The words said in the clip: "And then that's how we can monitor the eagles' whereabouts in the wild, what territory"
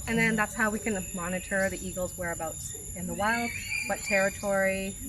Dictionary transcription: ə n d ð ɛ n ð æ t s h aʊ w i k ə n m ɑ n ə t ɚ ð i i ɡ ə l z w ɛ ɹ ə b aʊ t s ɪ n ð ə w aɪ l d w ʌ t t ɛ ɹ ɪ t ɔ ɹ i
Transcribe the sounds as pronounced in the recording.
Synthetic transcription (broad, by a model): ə n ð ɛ n ð æ t s h aʊ w i k ə n m ɑ n ə t ɚ ð i i ɡ l z w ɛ ɹ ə b aʊ t ɪ n ð ə w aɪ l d w ʌ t t ɛ ɹ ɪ t ɔ ɹ i